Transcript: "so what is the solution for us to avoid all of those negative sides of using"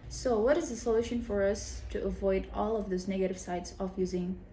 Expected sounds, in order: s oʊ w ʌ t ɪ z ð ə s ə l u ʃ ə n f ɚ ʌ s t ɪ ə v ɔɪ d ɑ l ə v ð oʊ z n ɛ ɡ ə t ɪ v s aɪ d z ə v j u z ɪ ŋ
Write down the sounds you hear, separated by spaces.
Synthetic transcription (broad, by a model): s oʊ w ʌ t ɪ z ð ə s ə l u ʃ ə n f ɚ ʌ s t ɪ ə v ɔɪ d ɑ l ə v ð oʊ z n ɛ ɡ ə t ɪ v s aɪ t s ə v j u z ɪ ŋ